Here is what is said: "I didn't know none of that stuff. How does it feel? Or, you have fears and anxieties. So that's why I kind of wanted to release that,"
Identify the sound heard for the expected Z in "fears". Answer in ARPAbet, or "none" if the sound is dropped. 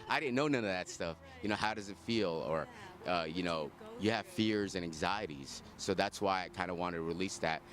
Z